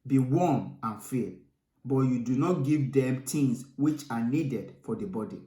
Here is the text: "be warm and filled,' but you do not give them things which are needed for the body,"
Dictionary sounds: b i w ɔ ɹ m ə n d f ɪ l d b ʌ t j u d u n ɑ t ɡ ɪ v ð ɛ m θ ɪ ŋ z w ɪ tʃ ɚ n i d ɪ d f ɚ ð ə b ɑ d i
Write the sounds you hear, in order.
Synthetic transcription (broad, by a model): b i w ɔ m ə n f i b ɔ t j u d u n ɑ t ɡ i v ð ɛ m t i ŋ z w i tʃ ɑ n i d ɪ d f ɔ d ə b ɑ d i